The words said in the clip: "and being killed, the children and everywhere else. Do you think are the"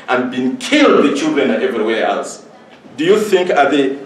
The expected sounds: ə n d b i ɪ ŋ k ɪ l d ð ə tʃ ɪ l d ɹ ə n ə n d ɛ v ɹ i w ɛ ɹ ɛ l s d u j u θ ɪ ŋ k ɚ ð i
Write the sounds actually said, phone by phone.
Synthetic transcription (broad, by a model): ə n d b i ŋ k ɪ l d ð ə tʃ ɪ l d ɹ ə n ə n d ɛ v ɹ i w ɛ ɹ ɛ l s d u j u θ ɪ ŋ k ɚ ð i